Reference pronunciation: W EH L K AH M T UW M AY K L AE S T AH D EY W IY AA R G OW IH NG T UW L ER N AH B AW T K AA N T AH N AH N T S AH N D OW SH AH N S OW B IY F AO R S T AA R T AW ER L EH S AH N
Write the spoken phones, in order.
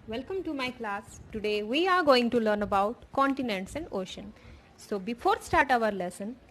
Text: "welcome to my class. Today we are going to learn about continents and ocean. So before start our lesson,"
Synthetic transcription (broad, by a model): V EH L K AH M T UW M AY K L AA S T AH D EY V IY AA R G OW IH NG T UW L ER N AH B AW T K AA N T AH N AH N T S AH N D OW SH AH N S OW B IY F AO R S T AA R T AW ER L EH S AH N